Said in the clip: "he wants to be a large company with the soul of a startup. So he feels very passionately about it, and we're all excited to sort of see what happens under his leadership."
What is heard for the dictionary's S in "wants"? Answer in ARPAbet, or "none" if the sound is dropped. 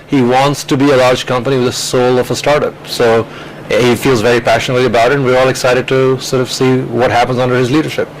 S